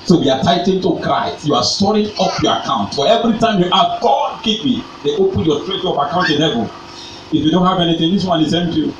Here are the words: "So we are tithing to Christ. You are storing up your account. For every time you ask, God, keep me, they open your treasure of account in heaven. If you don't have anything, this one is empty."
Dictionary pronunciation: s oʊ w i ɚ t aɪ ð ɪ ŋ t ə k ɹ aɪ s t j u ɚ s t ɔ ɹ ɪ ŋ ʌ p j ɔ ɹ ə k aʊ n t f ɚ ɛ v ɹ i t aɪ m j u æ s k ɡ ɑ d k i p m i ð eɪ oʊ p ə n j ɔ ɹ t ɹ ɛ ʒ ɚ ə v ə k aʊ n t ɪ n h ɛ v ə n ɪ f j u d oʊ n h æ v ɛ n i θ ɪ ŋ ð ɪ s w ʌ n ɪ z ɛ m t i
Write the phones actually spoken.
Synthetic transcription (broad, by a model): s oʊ w i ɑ t aɪ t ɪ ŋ t ə k ɹ aɪ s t j u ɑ s t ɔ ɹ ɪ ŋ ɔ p j ɔ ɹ ə k aʊ n t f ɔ ɛ v ɹ i t aɪ m j u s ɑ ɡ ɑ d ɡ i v m i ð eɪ oʊ p ə n j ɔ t ɹ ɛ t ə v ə k aʊ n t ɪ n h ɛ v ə l ɪ f j u d oʊ n h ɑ v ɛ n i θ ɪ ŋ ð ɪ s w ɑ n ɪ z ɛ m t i